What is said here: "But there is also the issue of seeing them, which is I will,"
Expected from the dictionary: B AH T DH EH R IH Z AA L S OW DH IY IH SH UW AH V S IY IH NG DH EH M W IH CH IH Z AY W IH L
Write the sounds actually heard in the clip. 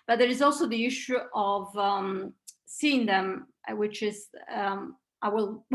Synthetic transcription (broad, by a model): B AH T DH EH R IH Z AA L S OW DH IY IH SH UW AH V S IY IH NG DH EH M W IH CH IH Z AY W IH L